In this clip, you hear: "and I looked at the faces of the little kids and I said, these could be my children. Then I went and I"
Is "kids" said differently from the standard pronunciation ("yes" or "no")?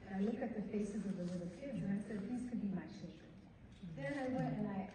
no